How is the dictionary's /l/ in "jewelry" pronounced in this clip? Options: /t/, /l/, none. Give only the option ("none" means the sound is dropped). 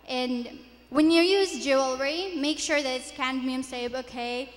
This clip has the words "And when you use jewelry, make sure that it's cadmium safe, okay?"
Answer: /l/